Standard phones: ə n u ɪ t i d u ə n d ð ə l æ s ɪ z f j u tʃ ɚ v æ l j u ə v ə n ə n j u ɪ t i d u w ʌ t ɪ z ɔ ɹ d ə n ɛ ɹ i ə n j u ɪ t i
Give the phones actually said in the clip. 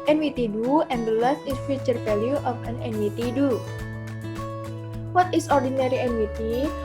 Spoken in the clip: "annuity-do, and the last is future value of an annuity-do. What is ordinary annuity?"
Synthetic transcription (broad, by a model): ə n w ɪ t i d u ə n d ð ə l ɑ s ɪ s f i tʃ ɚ f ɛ l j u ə f ə n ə n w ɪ t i d u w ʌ t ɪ s ɔ ɹ d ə n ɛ ɹ i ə n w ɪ t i